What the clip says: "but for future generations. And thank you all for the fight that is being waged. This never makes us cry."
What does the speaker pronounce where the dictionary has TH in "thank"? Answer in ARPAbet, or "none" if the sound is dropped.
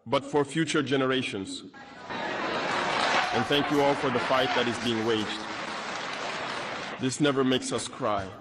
TH